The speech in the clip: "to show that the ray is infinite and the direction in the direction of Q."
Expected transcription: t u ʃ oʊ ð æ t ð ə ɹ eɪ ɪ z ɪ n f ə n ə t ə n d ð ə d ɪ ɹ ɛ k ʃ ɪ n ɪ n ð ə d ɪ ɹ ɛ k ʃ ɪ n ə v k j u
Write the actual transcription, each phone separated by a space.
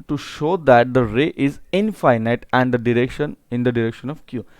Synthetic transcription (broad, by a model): t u ʃ oʊ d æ t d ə ɹ eɪ ɪ z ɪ n f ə n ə t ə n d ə d ɪ ɹ ɛ k ʃ ɪ n ɪ n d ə d ɪ ɹ ɛ k ʃ ɪ n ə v k j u